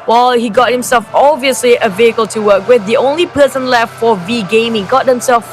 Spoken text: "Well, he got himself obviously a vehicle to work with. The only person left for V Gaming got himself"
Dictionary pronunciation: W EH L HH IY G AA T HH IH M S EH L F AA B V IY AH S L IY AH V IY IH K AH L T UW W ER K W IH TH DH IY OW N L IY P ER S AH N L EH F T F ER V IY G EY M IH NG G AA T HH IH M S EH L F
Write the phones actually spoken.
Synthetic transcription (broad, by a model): W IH L HH IY G AA T HH IH M S EH L F AA B V IY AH S L IY AH V IY IH K AH L T UW W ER K W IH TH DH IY OW N L IY P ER S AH N L EH F T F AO V IY G EY M IH NG G AA T HH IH M S EH L F